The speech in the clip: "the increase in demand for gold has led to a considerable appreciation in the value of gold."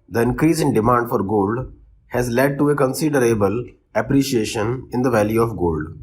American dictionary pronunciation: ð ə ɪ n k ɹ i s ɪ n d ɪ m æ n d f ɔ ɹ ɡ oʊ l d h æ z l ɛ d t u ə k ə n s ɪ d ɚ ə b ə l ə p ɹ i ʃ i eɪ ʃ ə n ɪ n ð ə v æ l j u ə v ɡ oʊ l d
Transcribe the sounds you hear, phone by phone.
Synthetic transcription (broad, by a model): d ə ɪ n k ɹ i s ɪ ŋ d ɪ m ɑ n d f ɔ ɹ ɡ oʊ l d h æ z l ɛ d t u ə k ə n s ɪ d ɚ ə b ə l ə p ɹ i ʃ i eɪ ʃ ə n ɪ n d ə v æ l j u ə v ɡ oʊ l d